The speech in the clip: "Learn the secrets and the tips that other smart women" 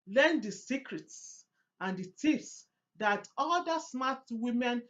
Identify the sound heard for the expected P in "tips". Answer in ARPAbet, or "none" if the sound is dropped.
F